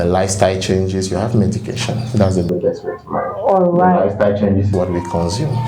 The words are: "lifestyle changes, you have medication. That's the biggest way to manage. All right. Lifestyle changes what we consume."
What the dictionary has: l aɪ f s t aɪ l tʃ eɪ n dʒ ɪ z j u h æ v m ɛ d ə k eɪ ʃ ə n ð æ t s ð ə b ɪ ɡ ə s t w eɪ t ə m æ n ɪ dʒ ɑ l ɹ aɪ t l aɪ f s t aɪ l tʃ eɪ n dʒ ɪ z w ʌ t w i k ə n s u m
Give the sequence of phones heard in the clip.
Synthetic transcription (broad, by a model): l aɪ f s t aɪ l tʃ eɪ n dʒ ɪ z j u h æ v m ɛ d ə k eɪ ʃ ə n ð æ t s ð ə b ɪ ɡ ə s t w eɪ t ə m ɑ ɪ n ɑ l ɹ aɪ l aɪ f s t aɪ l tʃ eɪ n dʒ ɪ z w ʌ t w i k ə n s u m